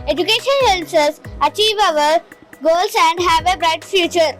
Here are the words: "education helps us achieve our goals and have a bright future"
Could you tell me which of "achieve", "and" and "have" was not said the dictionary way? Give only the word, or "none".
none